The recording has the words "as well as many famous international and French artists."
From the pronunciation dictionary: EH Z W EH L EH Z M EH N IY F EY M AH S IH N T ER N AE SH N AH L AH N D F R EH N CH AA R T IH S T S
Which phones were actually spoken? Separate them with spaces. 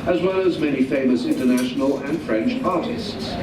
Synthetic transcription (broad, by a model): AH Z W EH L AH Z M EH N IY F EY M AH S IH N T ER N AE SH N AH L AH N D F R EH N CH AA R T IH S T S